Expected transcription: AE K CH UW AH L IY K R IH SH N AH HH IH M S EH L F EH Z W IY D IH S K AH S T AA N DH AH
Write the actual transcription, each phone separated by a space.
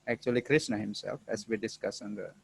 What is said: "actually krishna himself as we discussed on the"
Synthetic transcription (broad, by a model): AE K CH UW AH L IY K R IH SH N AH HH IH M S EH L F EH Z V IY D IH S K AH S AA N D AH